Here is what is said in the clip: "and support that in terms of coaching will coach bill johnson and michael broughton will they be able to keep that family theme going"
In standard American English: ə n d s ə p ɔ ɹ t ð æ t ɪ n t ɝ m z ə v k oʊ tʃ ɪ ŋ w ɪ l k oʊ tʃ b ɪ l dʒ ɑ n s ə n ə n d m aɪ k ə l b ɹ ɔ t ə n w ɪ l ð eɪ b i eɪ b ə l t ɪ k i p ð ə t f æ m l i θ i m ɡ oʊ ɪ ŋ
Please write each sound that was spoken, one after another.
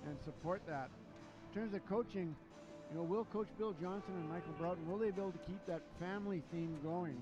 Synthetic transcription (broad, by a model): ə n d s ə p ɔ ɹ t ð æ t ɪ n t ɝ m z ə v k oʊ tʃ ɪ ŋ w ɪ l k oʊ tʃ b ɪ l dʒ ɑ n s ə n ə n m aɪ k l b ɹ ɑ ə n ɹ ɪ l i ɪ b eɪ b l t ɪ k i p ð ə t f æ m l i θ i m ɡ oʊ ɪ ŋ